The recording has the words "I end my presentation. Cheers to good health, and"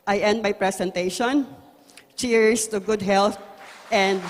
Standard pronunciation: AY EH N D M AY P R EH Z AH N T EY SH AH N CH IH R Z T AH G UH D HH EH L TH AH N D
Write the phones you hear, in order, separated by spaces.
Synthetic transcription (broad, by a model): AY EH N D M AY P R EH S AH N T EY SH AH N CH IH R S T AH G UH D HH EH L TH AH N D